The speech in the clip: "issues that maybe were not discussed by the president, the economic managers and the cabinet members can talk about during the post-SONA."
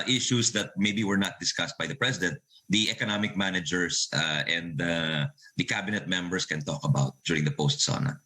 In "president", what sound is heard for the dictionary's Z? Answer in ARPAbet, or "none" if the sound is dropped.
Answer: S